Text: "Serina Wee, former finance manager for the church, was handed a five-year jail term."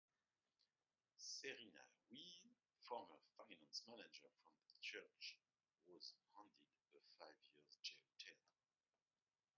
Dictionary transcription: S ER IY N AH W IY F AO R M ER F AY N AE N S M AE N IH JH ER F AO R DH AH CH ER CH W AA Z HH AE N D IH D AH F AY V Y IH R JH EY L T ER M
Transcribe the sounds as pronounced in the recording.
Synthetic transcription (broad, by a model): S ER IY N AH W IY F AO R M ER F AY N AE N S M AE N IH JH ER F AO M DH AH CH ER CH W AA Z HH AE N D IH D AH F AY V Y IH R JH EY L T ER